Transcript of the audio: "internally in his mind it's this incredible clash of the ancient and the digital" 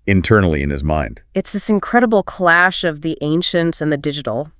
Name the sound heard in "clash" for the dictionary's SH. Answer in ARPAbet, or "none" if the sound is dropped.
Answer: SH